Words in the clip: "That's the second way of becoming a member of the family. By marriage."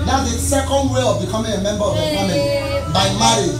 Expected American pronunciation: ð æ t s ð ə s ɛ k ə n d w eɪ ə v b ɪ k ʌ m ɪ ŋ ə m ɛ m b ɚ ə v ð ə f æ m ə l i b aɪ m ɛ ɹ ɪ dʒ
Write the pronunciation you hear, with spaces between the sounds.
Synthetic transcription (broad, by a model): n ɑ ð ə s ɛ k ə n d w eɪ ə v b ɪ k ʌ m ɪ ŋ ə m ɛ m b ɚ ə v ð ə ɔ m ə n b aɪ m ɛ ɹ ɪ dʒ